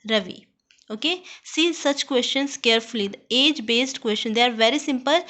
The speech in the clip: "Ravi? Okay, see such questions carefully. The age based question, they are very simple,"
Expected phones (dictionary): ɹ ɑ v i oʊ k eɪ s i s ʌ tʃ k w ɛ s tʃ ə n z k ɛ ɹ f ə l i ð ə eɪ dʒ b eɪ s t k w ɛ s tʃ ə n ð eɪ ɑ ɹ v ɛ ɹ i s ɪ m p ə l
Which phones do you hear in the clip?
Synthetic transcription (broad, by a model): ɹ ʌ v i oʊ k eɪ s i s ʌ tʃ k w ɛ s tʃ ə n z k ɛ ɹ f ə l i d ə eɪ dʒ b eɪ s t k w ɛ s tʃ ə n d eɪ ɑ ɹ v ɛ ɹ i s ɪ m p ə l